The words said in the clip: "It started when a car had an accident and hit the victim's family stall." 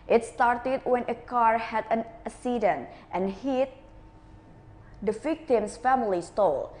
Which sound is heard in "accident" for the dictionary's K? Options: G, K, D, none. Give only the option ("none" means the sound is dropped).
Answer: none